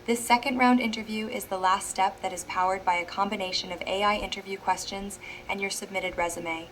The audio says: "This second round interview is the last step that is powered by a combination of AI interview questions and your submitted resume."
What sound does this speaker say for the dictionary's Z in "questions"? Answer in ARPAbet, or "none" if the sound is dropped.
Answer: Z